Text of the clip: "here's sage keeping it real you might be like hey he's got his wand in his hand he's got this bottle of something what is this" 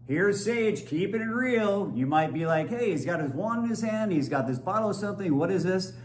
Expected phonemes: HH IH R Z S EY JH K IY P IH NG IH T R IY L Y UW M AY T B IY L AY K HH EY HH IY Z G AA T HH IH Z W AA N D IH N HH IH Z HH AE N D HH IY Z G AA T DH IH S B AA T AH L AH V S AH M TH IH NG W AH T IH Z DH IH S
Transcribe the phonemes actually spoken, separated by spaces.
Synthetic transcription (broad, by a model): HH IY R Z S EY JH K IY P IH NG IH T R IY L Y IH M AY T B IY L AY K HH EY HH IY Z G AA T HH IH Z W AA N IH N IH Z HH AE N D HH IY Z G AA T DH IH S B AA T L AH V S AH M TH IH NG W AH T IH Z DH IH S